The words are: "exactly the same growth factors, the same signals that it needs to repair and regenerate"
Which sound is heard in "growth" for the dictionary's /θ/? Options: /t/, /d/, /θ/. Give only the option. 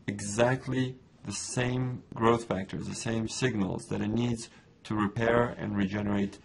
/θ/